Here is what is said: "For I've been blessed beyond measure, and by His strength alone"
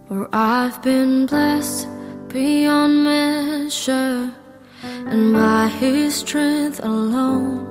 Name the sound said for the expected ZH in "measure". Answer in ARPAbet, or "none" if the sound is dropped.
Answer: SH